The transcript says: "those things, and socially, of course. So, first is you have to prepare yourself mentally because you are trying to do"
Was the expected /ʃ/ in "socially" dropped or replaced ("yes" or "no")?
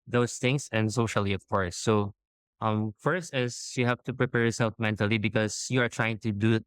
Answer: no